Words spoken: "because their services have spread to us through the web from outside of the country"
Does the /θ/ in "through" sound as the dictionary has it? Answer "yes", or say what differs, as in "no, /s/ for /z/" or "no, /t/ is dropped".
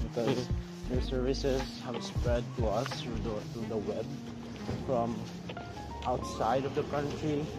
no, /t/ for /θ/